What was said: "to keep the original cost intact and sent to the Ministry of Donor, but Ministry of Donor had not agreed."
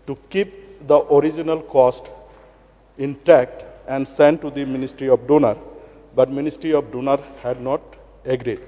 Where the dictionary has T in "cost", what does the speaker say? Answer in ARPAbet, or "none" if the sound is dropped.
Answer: T